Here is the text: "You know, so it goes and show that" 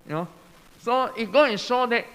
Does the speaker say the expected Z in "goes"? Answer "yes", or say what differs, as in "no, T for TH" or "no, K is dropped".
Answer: no, Z is dropped